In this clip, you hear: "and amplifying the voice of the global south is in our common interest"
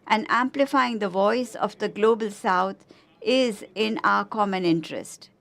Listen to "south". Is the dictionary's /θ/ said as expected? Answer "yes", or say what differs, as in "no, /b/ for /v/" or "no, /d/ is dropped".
no, /t/ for /θ/